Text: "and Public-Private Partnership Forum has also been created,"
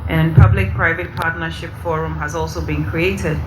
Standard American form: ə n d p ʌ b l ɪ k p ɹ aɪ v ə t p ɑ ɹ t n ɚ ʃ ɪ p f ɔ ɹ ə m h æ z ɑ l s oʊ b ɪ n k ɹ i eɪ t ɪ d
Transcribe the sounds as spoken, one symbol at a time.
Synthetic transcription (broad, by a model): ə n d p ʌ b l ɪ k p ɹ aɪ v ə t p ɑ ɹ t n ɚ ʃ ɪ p f ɔ ɹ ə m h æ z ɑ l s oʊ b ɪ n k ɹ i eɪ t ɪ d